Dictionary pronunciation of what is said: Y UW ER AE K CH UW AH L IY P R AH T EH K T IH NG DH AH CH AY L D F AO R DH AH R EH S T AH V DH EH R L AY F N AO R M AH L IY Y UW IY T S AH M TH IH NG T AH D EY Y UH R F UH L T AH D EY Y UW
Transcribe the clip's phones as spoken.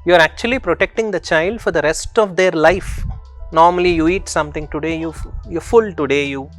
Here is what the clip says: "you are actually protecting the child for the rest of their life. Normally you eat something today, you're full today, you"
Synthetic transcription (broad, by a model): Y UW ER AE K CH UW AH L IY P R AH T EH K T IH NG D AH CH AY L D F AO R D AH R EH S T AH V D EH R L AY F N AO R M AH L IY Y UW IY T S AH M T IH NG T AH D EY Y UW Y F UH L T AH D EY Y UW